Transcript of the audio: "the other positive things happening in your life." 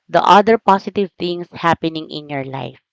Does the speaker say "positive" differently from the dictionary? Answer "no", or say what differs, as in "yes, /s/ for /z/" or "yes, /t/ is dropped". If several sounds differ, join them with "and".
yes, /s/ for /z/